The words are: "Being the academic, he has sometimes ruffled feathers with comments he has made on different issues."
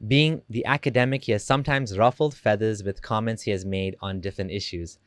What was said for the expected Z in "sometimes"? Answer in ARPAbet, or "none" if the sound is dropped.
Z